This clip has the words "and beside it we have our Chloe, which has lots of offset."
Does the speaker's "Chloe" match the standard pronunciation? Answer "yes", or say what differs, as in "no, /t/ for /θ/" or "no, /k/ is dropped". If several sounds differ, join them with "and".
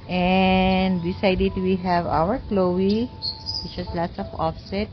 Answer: yes